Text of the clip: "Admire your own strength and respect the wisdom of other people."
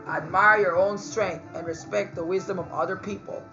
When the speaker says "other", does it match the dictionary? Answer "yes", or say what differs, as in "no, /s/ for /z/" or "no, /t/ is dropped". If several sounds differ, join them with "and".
yes